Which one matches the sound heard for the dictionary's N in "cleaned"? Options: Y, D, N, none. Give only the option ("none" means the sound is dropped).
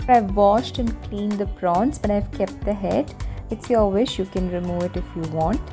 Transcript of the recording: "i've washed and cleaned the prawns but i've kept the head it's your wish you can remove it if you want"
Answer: N